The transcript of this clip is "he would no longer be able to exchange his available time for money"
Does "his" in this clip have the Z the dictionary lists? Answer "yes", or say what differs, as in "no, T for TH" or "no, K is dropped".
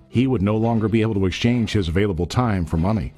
yes